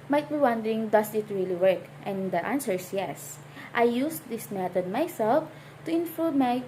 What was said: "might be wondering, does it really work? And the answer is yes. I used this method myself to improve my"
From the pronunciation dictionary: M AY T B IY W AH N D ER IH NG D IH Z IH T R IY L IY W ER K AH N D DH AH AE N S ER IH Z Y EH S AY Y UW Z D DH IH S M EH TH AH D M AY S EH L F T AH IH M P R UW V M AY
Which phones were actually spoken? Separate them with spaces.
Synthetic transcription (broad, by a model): M AY T B IY W AH N D ER IH NG D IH S IH T R IY L IY W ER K AH N D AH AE N S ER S Y EH S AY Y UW S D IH S M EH T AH D M AY S EH L F T AH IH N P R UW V M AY